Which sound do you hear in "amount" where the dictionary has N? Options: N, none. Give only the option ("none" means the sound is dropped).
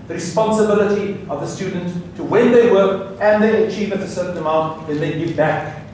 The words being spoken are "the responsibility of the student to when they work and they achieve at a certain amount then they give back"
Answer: none